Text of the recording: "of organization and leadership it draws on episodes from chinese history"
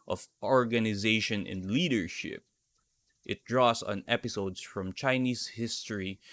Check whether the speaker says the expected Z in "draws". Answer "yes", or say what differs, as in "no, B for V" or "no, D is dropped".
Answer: no, S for Z